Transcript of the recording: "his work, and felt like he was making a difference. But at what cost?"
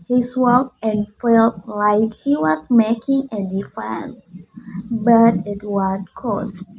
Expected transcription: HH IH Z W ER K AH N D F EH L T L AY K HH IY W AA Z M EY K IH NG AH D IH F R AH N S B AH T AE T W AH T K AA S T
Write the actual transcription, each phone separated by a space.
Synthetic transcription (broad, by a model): HH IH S W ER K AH N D F EH L T L AY K HH IY W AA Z M EY K IH NG AH D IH F AH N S B AH T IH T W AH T K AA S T